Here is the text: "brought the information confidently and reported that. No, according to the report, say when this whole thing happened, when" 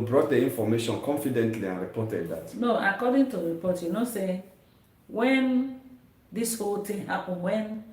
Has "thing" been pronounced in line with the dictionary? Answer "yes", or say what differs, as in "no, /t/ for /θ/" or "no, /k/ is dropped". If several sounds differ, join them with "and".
no, /t/ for /θ/